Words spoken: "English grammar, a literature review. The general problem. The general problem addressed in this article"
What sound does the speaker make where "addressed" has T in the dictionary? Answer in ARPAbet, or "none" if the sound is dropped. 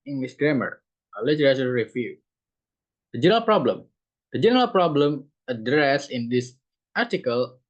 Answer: none